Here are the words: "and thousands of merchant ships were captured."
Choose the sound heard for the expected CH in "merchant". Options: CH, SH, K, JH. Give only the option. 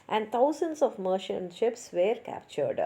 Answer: SH